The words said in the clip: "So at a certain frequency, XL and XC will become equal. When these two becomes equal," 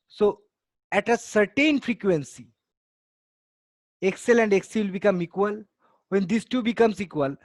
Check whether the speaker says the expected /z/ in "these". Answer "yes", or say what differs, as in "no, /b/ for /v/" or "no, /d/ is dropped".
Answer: no, /s/ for /z/